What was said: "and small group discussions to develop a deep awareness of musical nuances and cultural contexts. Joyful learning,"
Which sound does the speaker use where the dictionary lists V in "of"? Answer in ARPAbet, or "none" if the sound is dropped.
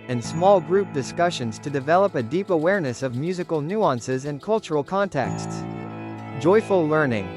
V